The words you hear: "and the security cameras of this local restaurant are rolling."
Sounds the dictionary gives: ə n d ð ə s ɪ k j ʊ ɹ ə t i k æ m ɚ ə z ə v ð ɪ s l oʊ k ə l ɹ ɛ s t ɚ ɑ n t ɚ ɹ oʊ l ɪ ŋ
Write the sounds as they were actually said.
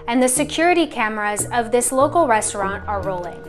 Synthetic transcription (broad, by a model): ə n ð ə s ɪ k j ʊ ɹ ə t i k æ m ɚ ə z ə v ð ɪ s l oʊ k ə l ɹ ɛ s t ɚ ɑ n t ɚ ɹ oʊ l ɪ ŋ